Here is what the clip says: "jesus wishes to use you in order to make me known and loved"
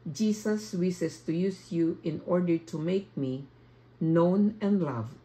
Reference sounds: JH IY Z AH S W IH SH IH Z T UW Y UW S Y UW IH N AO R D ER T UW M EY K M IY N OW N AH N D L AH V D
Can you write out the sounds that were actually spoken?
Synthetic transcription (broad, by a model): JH IY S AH S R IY S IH S T UW Y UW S Y UW IH N AO R D ER T UW M EY K M IY N OW N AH N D L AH V